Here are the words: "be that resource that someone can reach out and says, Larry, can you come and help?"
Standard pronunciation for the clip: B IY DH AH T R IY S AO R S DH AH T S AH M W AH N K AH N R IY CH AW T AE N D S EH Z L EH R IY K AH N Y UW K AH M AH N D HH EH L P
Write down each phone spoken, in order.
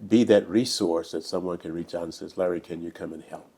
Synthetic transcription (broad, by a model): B IY DH AH T R IY S AO R S DH AH T S AH M W AH N K AH N R IY CH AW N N S EH Z L EH R IY K AH N Y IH K AH M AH N HH EH L P